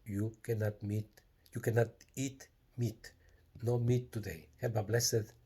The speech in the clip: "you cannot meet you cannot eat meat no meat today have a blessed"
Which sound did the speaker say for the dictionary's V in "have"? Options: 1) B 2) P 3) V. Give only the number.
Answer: 1